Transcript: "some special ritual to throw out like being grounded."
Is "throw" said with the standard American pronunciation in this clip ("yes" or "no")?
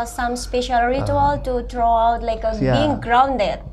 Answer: no